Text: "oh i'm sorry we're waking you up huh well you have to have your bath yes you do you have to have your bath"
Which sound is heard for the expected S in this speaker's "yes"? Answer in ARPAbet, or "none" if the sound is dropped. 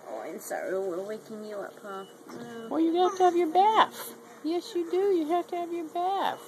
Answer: S